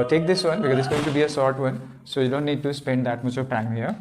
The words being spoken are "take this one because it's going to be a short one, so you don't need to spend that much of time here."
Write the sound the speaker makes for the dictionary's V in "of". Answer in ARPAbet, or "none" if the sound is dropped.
P